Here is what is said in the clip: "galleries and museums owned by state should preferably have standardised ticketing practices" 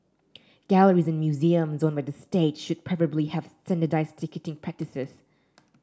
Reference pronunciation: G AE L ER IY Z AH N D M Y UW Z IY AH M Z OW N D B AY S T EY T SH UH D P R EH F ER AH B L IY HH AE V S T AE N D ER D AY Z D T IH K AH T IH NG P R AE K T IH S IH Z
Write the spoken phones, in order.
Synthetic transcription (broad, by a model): G AE L ER IY Z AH N M Y UW Z IY AH M Z OW N B AY S T EY T SH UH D P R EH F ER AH B L IY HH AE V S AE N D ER D AY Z T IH K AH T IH NG P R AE K T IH S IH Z